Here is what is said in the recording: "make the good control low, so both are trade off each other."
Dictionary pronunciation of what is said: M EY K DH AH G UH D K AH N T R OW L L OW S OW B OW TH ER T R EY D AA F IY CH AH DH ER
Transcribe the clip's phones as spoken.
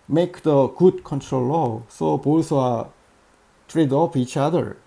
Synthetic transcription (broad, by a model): M EY K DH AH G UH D K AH N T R OW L L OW S OW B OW S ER T R EY D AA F IY CH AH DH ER